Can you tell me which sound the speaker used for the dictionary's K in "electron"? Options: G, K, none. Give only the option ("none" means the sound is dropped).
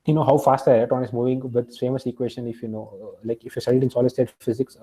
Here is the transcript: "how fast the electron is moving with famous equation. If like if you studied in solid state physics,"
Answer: none